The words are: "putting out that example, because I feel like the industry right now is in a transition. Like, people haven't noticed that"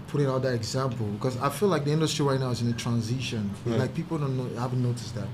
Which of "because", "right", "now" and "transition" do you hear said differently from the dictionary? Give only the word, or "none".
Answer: none